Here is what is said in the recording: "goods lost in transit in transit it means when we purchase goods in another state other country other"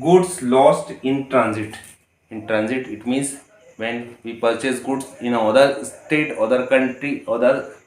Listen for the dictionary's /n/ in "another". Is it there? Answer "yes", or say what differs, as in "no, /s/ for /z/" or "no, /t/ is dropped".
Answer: no, /n/ is dropped